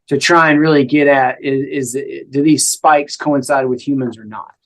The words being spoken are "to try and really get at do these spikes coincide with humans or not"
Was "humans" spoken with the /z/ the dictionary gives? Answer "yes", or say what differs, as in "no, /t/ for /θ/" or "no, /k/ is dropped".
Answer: yes